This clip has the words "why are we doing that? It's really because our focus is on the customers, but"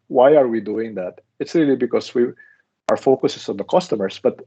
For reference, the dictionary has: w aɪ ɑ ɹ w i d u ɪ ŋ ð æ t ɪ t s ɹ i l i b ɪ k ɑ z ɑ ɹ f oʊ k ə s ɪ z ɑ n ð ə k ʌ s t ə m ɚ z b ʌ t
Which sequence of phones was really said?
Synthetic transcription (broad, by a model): w aɪ ɑ ɹ w i d u ɪ ŋ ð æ t ɪ t s ɹ i l i b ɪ k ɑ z ɑ ɹ f oʊ k ə s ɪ s ɑ n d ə k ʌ s t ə m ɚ s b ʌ t